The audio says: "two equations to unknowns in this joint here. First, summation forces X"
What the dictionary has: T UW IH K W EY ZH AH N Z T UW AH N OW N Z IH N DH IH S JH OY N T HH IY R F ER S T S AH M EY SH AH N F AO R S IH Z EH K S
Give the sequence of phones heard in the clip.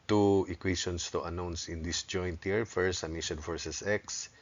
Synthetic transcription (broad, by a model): T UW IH K W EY SH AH N S T UW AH N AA N S IH N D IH S JH OY N T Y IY R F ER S S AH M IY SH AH N F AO R S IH S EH K S